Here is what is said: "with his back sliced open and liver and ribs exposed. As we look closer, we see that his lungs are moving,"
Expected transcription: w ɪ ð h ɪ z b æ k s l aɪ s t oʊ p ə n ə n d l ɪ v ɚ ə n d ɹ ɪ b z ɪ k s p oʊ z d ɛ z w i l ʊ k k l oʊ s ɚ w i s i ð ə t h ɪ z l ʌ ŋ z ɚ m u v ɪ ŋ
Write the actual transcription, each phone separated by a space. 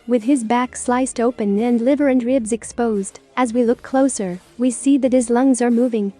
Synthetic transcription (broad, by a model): w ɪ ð ɪ z b æ k s l aɪ s t oʊ p ə n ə n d l ɪ v ɚ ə n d ɹ ɪ b z ɪ k s p oʊ z d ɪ z w i l ʊ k k l oʊ s ɚ w i s i ð ə t h ɪ z l ʌ ŋ z ɚ m u v ɪ ŋ